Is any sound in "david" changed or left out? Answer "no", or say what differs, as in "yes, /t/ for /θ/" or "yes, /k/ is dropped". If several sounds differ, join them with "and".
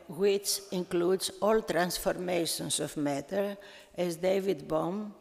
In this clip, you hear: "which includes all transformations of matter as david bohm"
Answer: no